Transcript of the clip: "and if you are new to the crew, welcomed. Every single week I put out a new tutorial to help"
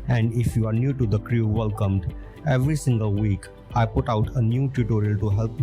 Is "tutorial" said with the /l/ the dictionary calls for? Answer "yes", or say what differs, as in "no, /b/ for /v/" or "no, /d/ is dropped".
yes